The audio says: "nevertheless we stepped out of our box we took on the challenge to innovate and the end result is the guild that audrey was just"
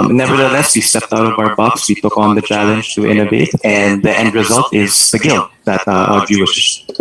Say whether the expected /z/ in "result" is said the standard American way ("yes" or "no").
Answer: yes